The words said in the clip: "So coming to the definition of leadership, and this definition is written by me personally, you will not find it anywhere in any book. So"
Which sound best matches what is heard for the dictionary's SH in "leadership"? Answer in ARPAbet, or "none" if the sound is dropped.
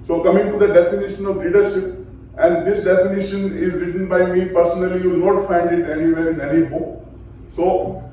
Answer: SH